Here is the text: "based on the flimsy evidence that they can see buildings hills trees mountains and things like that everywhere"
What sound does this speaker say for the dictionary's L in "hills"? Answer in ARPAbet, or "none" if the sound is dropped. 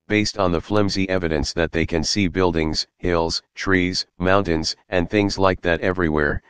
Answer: L